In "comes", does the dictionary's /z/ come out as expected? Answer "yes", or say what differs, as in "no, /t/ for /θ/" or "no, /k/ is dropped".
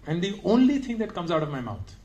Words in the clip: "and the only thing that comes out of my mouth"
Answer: yes